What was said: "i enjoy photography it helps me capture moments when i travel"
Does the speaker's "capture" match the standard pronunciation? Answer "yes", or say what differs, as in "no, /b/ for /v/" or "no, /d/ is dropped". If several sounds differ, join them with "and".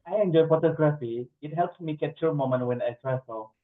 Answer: no, /p/ is dropped